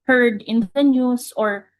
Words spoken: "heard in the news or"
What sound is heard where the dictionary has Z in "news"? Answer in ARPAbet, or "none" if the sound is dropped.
S